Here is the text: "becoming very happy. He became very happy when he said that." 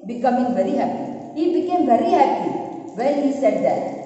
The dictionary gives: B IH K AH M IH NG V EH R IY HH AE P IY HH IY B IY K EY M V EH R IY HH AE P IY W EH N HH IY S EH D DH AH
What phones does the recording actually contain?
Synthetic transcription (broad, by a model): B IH K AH M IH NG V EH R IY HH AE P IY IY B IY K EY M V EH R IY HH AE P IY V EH L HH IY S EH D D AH